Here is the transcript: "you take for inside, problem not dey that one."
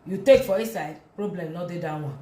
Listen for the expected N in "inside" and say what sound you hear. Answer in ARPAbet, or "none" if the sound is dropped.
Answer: none